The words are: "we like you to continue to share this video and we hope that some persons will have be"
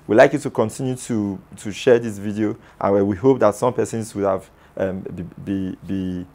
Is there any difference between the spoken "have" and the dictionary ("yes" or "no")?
yes